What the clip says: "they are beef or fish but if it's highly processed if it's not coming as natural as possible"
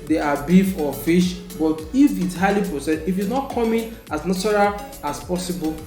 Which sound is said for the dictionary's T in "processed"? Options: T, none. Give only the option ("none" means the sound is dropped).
none